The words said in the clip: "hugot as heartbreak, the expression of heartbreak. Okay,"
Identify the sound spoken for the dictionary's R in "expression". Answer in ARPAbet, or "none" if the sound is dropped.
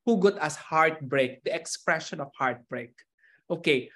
R